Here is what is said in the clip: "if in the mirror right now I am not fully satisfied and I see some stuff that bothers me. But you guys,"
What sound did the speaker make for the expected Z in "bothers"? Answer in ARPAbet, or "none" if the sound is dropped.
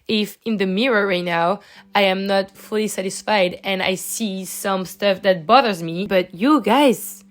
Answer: Z